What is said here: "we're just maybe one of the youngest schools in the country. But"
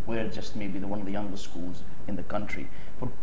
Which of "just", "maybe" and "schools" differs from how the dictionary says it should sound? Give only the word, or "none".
none